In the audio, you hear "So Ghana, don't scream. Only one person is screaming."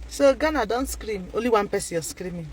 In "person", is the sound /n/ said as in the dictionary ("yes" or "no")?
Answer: no